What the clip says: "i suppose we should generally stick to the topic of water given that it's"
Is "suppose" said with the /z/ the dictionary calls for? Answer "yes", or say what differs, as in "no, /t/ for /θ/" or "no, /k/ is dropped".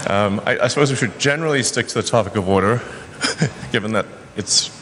yes